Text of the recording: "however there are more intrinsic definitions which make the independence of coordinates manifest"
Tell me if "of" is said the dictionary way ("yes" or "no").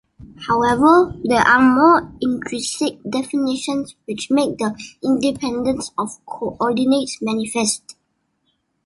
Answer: no